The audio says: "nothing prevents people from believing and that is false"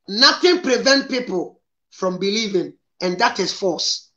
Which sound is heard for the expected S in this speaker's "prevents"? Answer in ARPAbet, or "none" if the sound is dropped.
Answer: none